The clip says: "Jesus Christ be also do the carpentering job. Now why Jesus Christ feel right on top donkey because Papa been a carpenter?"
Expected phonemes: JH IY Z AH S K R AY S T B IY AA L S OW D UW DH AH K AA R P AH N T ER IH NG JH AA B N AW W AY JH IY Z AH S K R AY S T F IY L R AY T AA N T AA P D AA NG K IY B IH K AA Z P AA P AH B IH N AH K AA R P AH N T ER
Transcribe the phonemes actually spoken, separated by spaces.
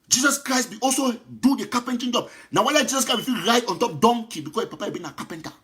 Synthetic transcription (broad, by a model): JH IY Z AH S K R AY S T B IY AA L S OW D UW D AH K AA P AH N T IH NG JH AA B N AW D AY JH IY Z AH S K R AY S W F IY R AY T AA N T AA P D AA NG K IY B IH K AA S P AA P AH B IH N AH K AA P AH N T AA